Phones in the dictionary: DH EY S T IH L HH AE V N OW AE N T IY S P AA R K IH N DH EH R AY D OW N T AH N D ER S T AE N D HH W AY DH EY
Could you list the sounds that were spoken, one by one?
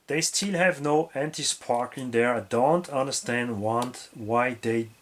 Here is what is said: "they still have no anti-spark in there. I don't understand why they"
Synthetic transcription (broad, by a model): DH EY S T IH L HH AE V N OW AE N T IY S P AA R K IH N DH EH R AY D OW N T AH N D ER S T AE N D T W AY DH EY